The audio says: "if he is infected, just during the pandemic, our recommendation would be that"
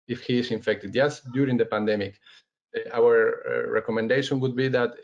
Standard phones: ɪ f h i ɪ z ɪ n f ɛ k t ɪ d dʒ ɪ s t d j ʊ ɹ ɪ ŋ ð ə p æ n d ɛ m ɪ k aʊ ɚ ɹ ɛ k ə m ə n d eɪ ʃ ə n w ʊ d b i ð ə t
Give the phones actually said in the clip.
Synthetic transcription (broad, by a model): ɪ f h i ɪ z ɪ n f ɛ k t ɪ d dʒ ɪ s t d j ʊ ɹ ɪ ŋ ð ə p æ n d ɛ m ɪ k aʊ ɚ ɹ ɛ k ə m ə n d eɪ ʃ ə n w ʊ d b i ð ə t